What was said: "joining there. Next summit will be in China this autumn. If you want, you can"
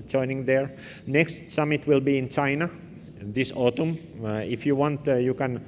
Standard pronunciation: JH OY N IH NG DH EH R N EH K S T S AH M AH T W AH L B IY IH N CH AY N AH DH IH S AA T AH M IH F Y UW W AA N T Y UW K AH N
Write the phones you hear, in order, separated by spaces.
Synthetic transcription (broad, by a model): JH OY N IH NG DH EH R N EH K S T S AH M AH T W AH L B IY IH N CH AY N AH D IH S AA T AH M IH F Y UW W AA N T Y UW K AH N